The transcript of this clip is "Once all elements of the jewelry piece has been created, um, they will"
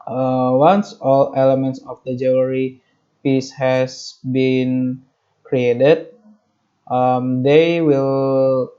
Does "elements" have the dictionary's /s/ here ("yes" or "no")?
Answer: yes